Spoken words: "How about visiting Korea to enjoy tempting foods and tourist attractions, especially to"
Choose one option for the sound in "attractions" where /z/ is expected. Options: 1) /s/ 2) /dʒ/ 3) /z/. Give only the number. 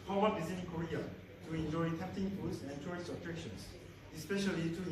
1